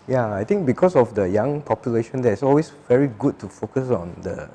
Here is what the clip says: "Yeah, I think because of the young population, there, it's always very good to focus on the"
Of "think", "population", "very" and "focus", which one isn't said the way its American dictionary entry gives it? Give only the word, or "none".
think